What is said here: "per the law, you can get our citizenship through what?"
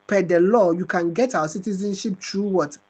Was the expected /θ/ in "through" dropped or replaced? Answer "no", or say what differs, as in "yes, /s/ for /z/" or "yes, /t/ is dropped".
yes, /t/ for /θ/